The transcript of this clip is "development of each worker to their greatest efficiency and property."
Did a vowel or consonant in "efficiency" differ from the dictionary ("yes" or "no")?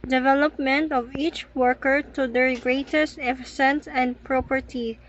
yes